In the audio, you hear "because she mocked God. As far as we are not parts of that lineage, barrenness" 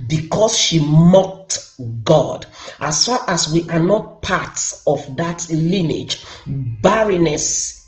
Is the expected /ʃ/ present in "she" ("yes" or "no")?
yes